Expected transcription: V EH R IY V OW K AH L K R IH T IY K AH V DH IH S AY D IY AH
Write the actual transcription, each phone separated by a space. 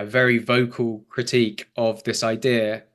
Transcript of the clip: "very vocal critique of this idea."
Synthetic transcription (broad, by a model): V EH R IY V OW K AH L K R IH T IY K AH V DH IH S AY D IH AH